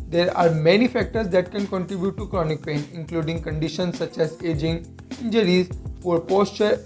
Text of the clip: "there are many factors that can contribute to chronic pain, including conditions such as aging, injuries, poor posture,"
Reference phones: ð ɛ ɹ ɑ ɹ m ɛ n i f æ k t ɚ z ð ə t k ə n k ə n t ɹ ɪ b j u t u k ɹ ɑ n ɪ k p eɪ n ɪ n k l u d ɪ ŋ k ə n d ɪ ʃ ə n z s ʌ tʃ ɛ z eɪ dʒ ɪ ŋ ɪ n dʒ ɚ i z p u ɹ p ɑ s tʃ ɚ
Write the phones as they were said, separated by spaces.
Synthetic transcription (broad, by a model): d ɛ ɹ ɑ ɹ m ɛ n i f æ k t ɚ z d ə t k ə n k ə n t ɹ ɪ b j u t u k ɹ ɑ n ɪ k p eɪ n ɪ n k l u d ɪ ŋ k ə n d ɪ ʃ ə n s ʌ tʃ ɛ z eɪ dʒ ɪ ŋ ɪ n dʒ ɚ i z f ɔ ɹ p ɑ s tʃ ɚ